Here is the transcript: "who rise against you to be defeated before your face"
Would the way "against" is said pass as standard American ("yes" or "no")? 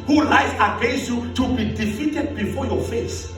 no